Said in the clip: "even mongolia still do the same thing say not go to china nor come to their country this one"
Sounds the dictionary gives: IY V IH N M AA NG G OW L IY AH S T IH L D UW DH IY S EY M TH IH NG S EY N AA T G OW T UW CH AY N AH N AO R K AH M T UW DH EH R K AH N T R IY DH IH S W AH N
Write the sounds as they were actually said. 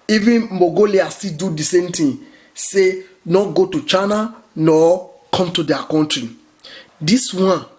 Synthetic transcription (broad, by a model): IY V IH N M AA G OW L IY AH S T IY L D UW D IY S EY M T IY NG S EY N AA T G OW T UW CH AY N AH N AO K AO M T UW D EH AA K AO N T R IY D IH S W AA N